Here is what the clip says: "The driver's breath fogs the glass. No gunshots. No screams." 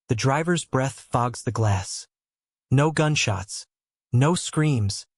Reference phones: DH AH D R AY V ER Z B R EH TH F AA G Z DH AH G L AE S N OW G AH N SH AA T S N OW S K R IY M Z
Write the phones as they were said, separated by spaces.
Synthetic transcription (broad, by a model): DH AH D R AY V ER Z B R EH TH F AA G Z DH AH G L AE S N OW G AH N SH AA T S N OW S K R IY M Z